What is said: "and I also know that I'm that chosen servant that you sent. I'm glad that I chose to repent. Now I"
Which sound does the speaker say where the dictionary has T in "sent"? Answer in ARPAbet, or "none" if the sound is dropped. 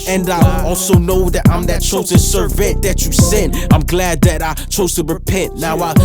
none